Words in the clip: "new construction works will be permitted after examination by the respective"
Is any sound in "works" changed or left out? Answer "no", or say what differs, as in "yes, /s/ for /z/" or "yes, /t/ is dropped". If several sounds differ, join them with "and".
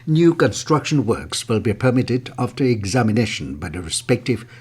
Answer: no